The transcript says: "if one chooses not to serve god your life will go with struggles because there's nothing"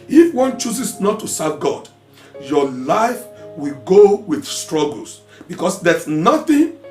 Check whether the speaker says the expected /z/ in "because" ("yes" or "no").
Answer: no